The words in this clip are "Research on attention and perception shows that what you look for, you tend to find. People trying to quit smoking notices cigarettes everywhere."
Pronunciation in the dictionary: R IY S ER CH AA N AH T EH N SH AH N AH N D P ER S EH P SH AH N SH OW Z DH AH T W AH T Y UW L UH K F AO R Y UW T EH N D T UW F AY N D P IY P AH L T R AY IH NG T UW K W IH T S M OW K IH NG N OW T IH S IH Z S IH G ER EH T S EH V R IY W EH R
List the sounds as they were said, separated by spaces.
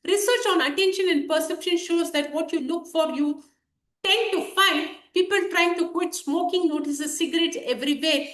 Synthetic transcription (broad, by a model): R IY S ER CH AA N AH T EH N SH AH N AH N D P ER S EH P SH AH N SH OW Z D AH T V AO T Y UW L UH K F AO R Y UW T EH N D T UW F AY N D P IY P AH L T R AY IH NG T UW K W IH T S M OW K IH NG L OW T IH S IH S IH G ER EH T S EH V R IY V EH